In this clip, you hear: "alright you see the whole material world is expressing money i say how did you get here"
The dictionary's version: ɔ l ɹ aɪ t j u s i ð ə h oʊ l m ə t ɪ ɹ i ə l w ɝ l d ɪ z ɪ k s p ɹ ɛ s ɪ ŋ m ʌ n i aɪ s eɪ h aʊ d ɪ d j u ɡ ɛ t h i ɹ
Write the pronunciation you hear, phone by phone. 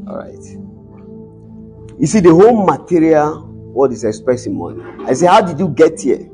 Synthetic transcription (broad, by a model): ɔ ɹ aɪ t j u s i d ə h oʊ l m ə t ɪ ɹ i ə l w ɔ d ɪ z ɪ k s p ɹ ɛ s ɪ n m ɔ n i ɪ s eɪ h aʊ d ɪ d j u ɡ ɛ t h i